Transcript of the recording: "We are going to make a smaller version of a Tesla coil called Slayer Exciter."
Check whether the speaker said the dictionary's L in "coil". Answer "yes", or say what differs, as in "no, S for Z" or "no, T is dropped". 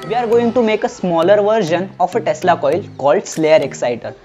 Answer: yes